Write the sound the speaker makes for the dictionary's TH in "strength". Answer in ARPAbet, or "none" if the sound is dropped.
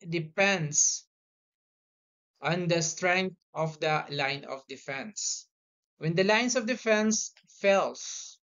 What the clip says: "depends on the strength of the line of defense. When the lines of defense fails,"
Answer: T